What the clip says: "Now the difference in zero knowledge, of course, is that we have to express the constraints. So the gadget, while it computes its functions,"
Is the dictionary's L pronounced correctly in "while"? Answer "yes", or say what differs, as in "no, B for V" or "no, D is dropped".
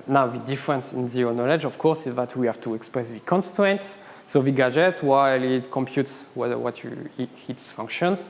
yes